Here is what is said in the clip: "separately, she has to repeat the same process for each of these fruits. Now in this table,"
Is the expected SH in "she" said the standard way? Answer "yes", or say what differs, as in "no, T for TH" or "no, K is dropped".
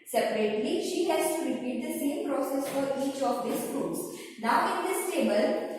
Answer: yes